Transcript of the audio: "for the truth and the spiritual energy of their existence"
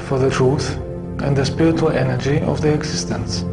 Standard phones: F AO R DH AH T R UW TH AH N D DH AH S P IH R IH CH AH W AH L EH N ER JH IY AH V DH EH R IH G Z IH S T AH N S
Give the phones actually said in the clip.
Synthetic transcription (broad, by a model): F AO R DH AH T R UW TH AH N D DH AH S P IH R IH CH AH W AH L EH N ER JH IY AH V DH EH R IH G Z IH S T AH N S